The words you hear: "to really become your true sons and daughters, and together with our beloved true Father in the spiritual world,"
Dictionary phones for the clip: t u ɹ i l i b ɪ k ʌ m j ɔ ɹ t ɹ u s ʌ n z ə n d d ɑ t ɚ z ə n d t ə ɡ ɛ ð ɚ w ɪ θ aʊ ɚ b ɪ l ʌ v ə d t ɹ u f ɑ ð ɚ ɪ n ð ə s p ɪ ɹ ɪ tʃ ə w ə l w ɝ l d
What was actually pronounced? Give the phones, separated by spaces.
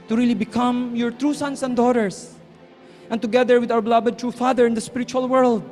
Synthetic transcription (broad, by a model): t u ɹ i l i b ɪ k ʌ m j ɔ ɹ t ɹ u s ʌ n s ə n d d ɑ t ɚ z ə n t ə ɡ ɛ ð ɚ w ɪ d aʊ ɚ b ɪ l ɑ b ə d t ɹ u f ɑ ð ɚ ɪ n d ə s p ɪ ɹ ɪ tʃ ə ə l w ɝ l d